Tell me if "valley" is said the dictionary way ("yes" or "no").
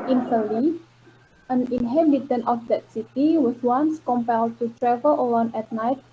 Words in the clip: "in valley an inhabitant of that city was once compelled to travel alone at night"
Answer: no